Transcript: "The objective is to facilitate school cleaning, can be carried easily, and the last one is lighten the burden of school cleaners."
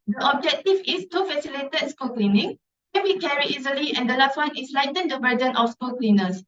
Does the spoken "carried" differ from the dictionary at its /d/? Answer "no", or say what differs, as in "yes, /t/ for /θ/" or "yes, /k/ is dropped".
yes, /d/ is dropped